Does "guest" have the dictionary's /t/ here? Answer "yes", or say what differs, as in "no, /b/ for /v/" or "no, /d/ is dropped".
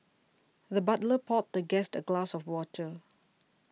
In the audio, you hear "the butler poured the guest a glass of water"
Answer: yes